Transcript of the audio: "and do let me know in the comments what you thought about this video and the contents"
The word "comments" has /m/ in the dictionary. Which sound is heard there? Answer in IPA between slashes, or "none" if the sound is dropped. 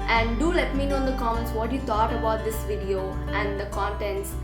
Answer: none